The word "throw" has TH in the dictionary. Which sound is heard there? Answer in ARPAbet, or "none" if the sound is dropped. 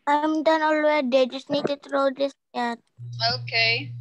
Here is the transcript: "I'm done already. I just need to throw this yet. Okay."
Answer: T